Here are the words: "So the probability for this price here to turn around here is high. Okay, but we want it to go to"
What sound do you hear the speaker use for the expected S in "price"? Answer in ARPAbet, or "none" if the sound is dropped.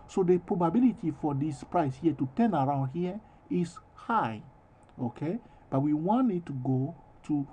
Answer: S